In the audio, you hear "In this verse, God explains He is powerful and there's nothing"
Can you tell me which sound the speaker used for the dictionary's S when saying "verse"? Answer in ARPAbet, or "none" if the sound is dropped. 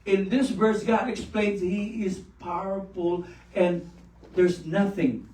S